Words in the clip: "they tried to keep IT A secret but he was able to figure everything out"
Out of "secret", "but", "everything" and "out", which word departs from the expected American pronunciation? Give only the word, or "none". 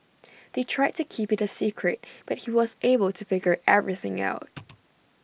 none